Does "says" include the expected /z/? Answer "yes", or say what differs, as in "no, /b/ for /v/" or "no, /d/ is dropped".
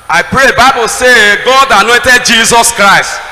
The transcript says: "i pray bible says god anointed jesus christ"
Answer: no, /z/ is dropped